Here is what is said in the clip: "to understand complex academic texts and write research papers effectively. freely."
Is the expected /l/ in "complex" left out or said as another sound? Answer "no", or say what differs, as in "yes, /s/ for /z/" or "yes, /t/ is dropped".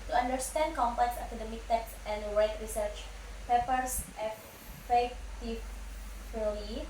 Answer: yes, /l/ is dropped